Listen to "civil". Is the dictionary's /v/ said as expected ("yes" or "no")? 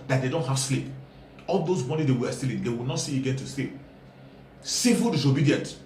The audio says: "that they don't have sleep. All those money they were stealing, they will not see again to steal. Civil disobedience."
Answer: no